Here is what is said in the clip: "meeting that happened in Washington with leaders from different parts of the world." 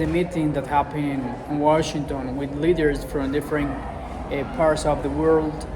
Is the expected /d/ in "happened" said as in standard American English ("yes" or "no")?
no